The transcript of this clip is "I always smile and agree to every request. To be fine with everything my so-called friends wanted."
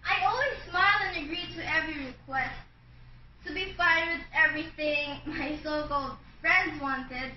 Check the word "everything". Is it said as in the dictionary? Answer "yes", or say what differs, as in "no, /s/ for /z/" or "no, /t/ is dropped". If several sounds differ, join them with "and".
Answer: yes